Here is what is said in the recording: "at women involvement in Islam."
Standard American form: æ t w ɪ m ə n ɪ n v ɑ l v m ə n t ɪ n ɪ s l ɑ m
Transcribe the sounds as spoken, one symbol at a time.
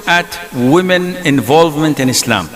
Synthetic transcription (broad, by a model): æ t w ɪ m ə n ɪ n v ɑ l v m ə n t ɪ n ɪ s l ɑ m